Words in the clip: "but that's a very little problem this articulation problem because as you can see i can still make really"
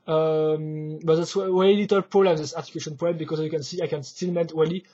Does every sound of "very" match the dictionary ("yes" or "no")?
no